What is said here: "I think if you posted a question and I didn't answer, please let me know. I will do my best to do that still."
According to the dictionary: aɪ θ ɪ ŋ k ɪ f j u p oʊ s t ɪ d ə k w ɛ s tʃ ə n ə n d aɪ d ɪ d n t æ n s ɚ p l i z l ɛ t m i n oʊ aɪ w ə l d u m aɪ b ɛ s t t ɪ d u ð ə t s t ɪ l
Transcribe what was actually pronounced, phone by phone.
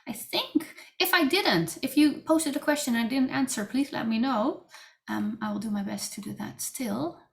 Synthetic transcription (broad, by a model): aɪ θ ɪ ŋ k ɪ f j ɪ p oʊ s t ɪ d ə k w ɛ s tʃ ə n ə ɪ d ɪ d n t æ n s ɚ p l i z l ɛ t m i n oʊ aɪ w ə l d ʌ m aɪ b ɛ s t t ɪ d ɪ ð ə t s t ɪ l